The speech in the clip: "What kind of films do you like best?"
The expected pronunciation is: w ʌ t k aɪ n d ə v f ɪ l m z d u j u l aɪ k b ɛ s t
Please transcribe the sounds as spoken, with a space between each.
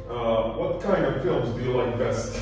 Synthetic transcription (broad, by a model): w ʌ t k aɪ n d ə v f ɪ l m z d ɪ j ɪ l aɪ k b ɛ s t